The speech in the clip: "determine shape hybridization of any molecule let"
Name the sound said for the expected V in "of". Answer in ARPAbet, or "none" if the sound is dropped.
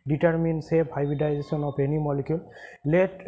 P